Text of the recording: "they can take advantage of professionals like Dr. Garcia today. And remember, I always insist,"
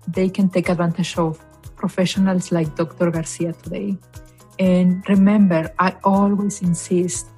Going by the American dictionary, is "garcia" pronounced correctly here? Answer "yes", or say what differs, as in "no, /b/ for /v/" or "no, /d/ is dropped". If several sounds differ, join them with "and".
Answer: yes